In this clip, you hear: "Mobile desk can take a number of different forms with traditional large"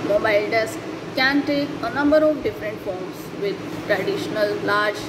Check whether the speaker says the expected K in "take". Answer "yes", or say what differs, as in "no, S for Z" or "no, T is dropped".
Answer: yes